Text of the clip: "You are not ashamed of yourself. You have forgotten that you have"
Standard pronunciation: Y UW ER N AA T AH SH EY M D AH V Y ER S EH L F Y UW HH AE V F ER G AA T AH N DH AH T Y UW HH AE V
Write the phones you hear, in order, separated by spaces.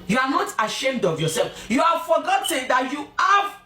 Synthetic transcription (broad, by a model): Y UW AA N AA T AH SH EY M D AH V Y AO S EH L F Y UW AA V F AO G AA T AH N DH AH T Y UW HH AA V